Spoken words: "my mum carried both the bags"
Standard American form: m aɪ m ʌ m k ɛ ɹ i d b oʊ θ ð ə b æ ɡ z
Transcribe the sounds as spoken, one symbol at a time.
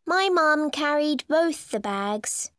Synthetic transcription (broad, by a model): m aɪ m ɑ m k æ ɹ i d b oʊ θ ð ə b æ ɡ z